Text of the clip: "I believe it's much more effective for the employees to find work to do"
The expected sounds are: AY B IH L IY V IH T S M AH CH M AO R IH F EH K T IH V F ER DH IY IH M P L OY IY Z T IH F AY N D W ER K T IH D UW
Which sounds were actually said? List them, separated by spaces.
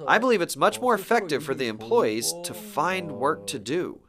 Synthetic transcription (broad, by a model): AY B IH L IY V IH T S M AH CH M AO R IH F EH K T IH V F ER DH IY IH M P L OY IY Z T IH F AY N D W ER K T IH D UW